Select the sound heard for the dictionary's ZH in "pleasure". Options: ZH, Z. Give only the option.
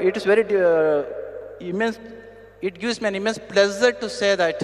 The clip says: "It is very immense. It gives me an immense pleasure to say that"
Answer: Z